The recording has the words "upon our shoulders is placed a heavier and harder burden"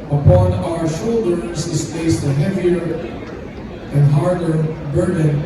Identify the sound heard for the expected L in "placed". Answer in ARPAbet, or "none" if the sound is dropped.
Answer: none